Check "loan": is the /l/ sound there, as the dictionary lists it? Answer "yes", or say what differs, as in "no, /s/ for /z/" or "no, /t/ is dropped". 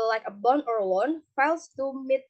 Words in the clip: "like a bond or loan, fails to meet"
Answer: no, /w/ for /l/